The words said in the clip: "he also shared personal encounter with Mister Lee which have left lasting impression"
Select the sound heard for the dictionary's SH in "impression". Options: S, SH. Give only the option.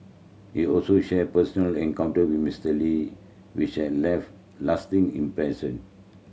S